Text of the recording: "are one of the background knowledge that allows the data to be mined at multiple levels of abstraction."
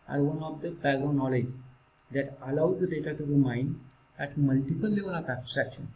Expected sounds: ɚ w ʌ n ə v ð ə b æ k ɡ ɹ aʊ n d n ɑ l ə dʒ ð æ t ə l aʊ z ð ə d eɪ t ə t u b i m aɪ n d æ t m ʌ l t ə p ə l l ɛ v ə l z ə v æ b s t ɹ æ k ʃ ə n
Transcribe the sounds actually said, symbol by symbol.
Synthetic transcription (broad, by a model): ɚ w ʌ n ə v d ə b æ ɡ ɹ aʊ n n ɑ l ə dʒ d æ t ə l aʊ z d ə d eɪ t ə t u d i m aɪ n d æ t m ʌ l t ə p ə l l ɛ v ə l ə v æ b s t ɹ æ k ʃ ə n